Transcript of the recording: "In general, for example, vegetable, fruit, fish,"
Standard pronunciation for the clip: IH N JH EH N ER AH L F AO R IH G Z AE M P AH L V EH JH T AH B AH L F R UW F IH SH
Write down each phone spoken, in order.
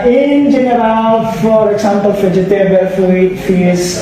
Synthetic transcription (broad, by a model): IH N JH EH N ER AH L F AO R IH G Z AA M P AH L F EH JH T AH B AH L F UW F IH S